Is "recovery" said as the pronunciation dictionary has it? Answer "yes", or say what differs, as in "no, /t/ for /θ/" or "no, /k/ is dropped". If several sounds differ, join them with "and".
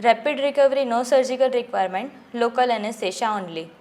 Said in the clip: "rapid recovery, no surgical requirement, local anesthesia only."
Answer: yes